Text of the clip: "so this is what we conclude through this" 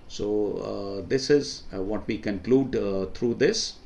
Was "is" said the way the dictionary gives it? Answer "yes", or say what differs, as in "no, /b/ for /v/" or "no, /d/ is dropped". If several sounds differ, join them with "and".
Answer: yes